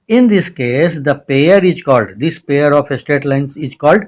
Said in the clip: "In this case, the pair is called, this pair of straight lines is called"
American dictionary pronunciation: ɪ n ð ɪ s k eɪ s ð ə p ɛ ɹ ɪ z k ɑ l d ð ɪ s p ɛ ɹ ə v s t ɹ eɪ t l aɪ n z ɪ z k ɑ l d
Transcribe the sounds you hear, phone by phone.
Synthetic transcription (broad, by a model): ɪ n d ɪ s k eɪ s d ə p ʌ ɹ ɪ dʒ k ɑ l d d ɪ s p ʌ ɹ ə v s t eɪ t l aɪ n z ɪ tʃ k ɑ l d